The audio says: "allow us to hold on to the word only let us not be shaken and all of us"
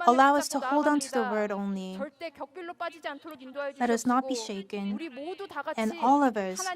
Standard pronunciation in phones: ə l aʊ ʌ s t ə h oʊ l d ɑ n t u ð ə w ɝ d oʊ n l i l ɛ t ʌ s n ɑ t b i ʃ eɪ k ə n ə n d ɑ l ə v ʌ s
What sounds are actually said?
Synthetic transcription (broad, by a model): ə l aʊ ʌ s t ə h oʊ l d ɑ n t u ð ə w ɝ d oʊ n l i l ɛ t ʌ s n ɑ t b i ʃ eɪ k ə n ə n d ɑ l ə v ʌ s